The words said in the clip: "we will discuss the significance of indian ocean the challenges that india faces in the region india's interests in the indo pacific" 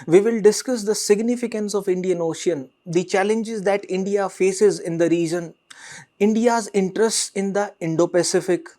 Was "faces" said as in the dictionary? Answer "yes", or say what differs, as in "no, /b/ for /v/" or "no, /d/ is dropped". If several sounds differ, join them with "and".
yes